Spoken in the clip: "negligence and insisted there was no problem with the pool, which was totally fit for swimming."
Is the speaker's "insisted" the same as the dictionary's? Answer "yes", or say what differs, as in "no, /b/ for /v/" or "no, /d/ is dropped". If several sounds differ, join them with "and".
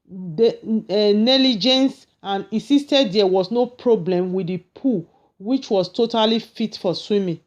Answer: no, /n/ is dropped